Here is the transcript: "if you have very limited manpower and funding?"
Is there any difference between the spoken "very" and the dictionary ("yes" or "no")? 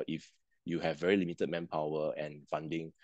no